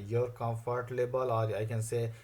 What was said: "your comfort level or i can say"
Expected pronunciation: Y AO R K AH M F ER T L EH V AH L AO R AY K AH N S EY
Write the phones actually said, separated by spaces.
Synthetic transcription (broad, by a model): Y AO R K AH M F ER T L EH B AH L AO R AY K AH N S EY